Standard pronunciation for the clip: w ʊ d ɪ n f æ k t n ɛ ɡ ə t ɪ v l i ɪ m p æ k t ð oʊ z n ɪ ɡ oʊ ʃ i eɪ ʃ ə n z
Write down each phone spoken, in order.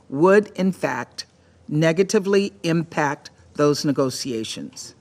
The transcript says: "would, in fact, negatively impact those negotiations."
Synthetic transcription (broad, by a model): w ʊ d ɪ n f æ k t n ɛ ɡ ə t ɪ v l i ɪ m p æ k t ð oʊ z n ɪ ɡ oʊ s i eɪ ʃ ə n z